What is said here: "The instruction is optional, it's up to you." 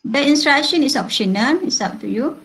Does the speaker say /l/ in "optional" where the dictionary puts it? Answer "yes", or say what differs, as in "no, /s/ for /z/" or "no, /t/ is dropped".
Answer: no, /n/ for /l/